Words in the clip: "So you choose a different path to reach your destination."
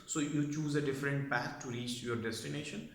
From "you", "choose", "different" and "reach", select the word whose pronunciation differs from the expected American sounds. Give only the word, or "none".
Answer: none